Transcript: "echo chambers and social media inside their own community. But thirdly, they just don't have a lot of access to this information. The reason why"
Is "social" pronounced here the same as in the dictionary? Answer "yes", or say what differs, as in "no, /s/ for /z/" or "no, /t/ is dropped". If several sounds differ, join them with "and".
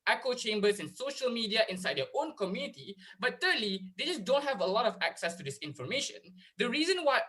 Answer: yes